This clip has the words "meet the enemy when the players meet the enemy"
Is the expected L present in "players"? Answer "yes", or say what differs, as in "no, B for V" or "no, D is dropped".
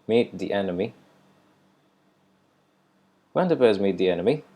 no, L is dropped